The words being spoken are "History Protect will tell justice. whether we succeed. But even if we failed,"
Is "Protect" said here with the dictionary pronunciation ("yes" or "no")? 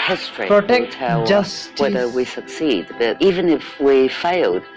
no